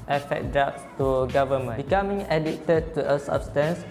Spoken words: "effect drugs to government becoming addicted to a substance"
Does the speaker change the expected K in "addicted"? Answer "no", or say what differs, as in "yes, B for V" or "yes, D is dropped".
yes, K is dropped